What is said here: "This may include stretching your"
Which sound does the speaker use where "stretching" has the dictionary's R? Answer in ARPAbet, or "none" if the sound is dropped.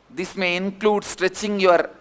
R